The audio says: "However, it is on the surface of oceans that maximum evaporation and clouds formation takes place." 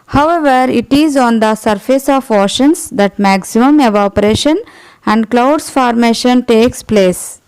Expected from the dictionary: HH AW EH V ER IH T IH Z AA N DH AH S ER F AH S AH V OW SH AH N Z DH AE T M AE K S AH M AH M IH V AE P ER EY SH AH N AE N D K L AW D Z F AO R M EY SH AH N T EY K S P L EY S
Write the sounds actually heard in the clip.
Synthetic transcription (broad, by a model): HH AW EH V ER IH T IH Z AA N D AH S ER F AH S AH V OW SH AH N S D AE T M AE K S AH M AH M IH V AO P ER EY SH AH N AE N D K L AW D S F AO R M EY SH AH N T EY K S P L EY S